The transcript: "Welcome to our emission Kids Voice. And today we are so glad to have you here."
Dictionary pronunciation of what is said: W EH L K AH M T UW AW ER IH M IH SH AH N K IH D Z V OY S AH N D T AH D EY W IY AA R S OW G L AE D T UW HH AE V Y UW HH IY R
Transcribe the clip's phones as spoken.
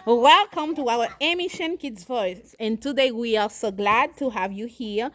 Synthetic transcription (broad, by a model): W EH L K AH M T UW AW ER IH M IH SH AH N K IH D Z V OY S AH N T AH D EY W IY AA R S OW G L AE D T UW HH AE V Y UW HH IY R